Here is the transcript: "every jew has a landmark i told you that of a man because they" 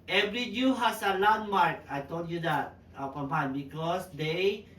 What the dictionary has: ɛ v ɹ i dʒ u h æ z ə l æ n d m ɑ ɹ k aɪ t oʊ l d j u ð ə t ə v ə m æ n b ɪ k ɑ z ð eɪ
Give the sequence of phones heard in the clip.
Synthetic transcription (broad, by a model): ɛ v ɹ i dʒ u h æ s ə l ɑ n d m ɑ ɹ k aɪ t oʊ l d j u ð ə t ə p ə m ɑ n b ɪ k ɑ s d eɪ